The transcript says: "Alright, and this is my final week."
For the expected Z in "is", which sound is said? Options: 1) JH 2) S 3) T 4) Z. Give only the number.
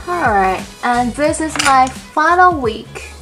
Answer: 4